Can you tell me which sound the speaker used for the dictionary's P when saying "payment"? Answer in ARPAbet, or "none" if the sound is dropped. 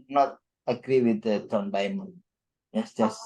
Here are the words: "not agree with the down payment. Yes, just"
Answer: B